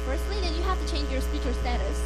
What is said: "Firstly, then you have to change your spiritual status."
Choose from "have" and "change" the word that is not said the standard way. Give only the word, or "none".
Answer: have